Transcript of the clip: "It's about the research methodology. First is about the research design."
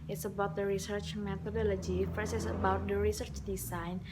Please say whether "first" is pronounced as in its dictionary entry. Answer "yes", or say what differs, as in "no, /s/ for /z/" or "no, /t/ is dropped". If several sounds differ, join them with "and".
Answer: no, /t/ is dropped